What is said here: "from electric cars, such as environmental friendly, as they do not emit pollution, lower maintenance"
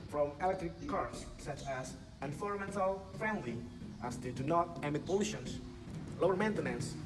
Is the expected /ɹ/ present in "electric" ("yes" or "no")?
yes